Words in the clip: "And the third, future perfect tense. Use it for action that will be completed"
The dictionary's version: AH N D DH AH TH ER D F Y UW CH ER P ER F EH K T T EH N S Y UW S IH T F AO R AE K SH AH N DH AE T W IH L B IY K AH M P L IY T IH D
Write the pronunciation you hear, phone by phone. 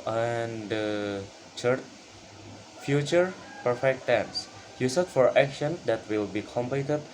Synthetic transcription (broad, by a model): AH N D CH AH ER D F Y UW CH ER P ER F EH K T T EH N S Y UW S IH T F AO R AE K SH AH N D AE T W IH L B IY K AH M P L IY T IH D